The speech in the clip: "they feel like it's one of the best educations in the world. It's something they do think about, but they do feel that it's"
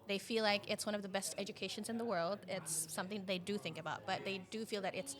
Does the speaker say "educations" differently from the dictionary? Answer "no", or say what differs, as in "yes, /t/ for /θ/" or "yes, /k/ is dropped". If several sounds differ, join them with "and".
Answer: no